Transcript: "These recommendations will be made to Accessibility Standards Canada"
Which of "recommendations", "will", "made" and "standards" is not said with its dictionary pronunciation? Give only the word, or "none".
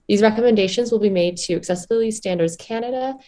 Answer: none